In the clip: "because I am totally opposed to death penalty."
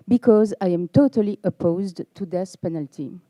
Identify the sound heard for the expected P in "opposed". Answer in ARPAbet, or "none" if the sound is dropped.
P